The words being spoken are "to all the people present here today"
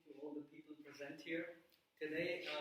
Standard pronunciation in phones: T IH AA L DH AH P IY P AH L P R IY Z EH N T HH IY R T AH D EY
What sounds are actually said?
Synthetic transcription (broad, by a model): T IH AA L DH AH P IY P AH L P R IY Z EH N T HH IY R T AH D EY